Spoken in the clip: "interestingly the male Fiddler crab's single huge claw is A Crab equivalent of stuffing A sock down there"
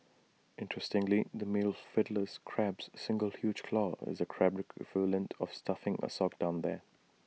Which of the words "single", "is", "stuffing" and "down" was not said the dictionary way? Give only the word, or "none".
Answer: none